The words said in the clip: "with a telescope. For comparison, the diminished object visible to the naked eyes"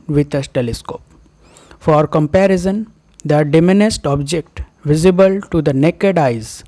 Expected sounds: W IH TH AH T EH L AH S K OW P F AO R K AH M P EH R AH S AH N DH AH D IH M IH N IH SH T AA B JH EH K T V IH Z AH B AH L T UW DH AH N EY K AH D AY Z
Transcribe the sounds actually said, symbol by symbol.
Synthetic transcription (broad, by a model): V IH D AH T EH L AH S K OW P F AO R K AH M P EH R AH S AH N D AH D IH M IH N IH S T AA B JH EH K T V IH Z AH B AH L T UW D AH N EY K AH D AY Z